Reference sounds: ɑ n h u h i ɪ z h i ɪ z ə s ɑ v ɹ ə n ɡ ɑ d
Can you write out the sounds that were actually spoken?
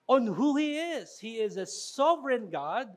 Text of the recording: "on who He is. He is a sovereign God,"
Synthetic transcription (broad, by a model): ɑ n h u h i ɪ z h i ɪ z ə s ɑ v ɹ ə n ɡ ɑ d